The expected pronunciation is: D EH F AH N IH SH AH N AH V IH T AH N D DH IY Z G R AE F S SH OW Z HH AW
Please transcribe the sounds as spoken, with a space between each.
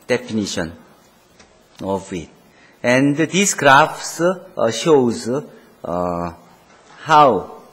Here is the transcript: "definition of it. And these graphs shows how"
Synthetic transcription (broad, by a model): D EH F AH N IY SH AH N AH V IH T AH N D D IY S G R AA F S SH OW Z HH AW